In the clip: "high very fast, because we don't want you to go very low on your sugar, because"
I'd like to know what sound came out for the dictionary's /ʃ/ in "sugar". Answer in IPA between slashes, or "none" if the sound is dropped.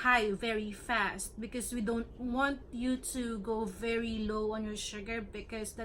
/ʃ/